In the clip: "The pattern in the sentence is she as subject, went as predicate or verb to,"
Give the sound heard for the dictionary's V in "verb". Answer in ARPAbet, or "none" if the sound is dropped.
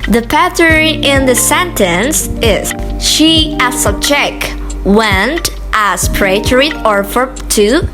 F